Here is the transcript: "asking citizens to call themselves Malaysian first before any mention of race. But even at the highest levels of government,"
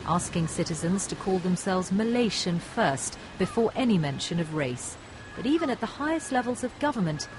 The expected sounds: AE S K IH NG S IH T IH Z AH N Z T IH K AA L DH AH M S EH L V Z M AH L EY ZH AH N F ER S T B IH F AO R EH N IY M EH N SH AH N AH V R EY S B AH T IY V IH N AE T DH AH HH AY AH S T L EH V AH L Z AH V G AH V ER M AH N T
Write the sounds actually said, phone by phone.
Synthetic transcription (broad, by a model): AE S K IH NG S IH T IH Z AH N Z T IH K AA L DH AH M S EH L V Z M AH L EY SH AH N F ER S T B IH F AO R EH N IY M EH N SH AH N AH V R EY S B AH T IY V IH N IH T DH AH HH AY AH S T L EH V AH L Z AH V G AH V ER M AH N T